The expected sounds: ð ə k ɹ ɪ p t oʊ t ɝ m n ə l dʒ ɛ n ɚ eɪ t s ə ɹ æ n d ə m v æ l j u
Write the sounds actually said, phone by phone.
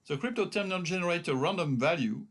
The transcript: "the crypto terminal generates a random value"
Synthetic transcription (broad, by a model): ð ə k ɹ ɪ p t oʊ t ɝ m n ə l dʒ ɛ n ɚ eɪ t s ə ɹ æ n d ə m v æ l j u